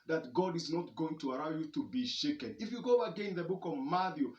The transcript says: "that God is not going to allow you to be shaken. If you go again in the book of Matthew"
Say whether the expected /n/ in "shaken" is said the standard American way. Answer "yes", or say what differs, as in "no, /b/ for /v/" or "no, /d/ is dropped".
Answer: yes